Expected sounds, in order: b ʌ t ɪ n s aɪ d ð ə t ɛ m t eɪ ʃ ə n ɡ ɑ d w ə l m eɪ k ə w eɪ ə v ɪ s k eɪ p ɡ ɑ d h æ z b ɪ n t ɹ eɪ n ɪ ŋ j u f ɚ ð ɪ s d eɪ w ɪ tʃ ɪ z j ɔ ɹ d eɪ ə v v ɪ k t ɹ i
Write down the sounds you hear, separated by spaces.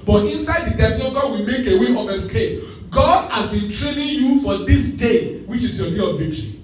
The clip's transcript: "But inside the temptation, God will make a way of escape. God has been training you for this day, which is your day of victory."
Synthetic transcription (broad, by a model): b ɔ t ɪ n s aɪ d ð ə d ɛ t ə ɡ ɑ w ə m eɪ k ə w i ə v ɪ s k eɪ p ɡ ɑ d h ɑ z b ɪ n t ɹ eɪ n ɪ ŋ j u f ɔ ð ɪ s d eɪ w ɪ tʃ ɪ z j ɔ d eɪ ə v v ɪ k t ɹ i